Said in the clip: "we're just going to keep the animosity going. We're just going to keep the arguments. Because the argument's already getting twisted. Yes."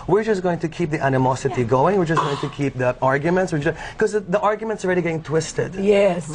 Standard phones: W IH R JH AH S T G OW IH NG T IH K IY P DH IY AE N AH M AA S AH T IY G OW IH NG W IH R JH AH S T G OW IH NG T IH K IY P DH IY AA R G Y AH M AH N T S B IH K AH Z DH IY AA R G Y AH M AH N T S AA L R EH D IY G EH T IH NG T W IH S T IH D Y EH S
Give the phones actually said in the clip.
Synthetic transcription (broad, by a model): W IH R JH AH S G OW IH NG T IH K IY P DH IY AE N AH M AA S AH T IY G OW IH NG W IH R JH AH S G OW IH NG T IH K IY P DH IY AA R G Y AH M AH N T S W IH K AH Z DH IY AA R G Y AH M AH N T S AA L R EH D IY G EH T IH NG T W IH S T IH D Y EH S